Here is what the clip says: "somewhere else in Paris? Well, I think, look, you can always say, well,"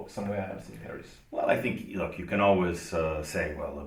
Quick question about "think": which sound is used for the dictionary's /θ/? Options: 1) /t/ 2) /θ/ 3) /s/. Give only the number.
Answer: 2